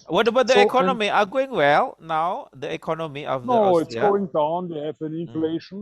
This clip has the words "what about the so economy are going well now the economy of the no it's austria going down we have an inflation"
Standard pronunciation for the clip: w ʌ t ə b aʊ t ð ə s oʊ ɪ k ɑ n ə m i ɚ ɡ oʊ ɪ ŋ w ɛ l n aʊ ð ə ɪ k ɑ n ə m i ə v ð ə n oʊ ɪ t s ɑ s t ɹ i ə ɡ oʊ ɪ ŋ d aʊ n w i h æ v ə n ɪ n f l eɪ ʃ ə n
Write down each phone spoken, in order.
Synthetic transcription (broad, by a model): w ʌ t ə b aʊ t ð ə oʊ ɪ k ɑ n ə m i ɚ ɡ oʊ ɪ ŋ w ɛ l n aʊ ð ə ɪ k ɑ n ə m i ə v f n oʊ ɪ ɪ t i ɡ oʊ ɪ ŋ d aʊ n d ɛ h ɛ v ə n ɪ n f l eɪ ʃ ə n